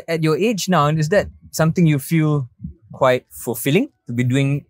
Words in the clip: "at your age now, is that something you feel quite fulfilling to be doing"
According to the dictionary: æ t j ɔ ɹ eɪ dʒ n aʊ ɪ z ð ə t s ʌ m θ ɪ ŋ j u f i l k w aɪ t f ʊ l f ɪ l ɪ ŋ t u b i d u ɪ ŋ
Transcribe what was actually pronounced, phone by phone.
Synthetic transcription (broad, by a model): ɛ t j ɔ eɪ dʒ n aʊ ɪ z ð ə t s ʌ m t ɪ ŋ j u f i l k w aɪ t f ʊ l f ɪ l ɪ ŋ t u b i d u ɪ ŋ